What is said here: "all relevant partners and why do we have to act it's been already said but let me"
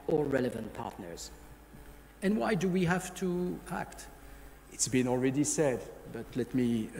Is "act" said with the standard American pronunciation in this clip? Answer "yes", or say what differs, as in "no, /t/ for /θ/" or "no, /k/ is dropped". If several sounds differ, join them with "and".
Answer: yes